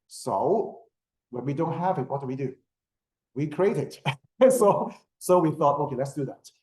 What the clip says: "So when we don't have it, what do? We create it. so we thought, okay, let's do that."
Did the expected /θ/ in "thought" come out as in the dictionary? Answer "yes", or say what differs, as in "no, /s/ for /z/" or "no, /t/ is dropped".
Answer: yes